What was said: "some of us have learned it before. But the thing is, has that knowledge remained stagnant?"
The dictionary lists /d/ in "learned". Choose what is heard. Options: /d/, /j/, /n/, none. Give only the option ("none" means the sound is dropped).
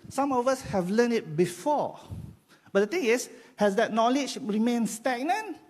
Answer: none